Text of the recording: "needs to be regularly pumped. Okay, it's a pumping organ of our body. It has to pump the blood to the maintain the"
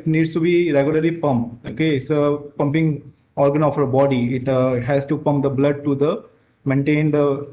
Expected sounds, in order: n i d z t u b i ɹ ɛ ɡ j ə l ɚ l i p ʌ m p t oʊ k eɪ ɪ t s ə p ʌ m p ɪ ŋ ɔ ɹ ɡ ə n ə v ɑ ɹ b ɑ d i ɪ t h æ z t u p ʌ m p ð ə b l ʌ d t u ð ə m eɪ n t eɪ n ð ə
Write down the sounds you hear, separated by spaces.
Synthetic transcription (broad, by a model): n i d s t u b i ɹ ɛ ɡ j ə l ɚ l i p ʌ m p oʊ k eɪ ɪ t s ə p ʌ m p ɪ ŋ ɔ ɹ ɡ ə n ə f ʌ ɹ b ɑ d i ɪ t h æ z t u p ʌ m p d ə b l ʌ d t u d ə m eɪ n t eɪ n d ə